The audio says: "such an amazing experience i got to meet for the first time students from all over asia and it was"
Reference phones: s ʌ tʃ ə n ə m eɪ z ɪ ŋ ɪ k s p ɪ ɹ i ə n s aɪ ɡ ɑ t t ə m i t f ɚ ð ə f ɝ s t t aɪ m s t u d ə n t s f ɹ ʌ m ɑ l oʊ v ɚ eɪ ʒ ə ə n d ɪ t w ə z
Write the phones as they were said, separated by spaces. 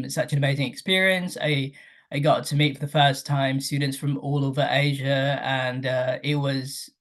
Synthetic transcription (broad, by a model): s ʌ tʃ ə n ə m eɪ z ɪ ŋ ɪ k s p ɪ ɹ i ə n s aɪ ɡ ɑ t t ə m i t f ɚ ð ə f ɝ s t t aɪ m s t u d n t s f ɹ ʌ m ɑ l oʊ v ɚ eɪ ʒ ə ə n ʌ ɪ t w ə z